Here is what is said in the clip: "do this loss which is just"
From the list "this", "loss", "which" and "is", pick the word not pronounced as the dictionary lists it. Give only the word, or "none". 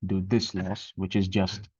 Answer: none